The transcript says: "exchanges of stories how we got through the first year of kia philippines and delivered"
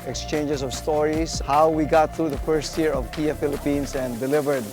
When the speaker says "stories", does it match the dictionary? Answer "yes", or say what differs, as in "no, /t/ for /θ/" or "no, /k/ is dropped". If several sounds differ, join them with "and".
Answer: no, /s/ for /z/